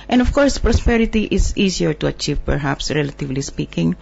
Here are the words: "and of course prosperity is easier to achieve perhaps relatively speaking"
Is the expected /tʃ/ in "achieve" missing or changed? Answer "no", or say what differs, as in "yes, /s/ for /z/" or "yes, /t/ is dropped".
no